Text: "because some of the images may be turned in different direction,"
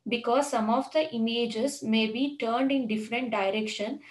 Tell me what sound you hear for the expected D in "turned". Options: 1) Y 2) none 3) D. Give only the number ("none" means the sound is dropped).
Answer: 3